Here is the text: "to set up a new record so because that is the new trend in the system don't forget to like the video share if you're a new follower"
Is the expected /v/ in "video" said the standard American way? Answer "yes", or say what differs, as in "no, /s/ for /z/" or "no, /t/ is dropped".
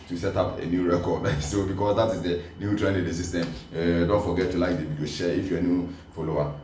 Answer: no, /b/ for /v/